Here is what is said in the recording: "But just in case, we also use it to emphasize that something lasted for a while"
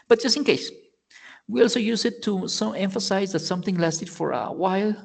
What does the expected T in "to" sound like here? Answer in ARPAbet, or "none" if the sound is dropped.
S